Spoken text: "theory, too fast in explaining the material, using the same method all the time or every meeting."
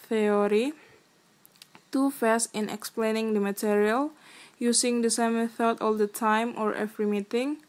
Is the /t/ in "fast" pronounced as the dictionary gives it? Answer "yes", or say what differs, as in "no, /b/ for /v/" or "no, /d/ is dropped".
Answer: no, /t/ is dropped